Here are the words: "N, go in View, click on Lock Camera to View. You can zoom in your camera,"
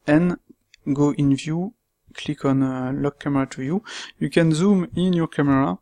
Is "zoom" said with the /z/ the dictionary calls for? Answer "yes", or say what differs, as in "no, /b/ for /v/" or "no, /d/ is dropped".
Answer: yes